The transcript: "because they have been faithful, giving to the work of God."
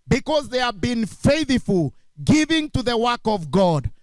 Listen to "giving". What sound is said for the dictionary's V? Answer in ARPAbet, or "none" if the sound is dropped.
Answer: V